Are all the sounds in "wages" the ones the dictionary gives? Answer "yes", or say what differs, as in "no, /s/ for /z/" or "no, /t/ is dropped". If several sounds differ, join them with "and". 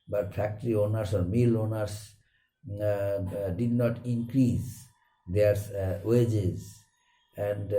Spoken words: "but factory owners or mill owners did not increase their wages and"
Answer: yes